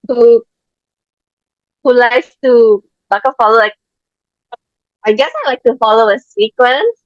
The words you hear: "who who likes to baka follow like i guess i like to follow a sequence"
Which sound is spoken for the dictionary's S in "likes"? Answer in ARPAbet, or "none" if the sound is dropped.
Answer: none